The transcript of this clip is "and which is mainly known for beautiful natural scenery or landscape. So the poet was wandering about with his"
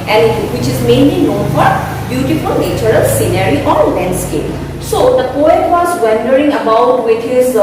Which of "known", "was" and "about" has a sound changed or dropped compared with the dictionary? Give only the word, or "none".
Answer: none